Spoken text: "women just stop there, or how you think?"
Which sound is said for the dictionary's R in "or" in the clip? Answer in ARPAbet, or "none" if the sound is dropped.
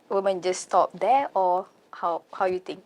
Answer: W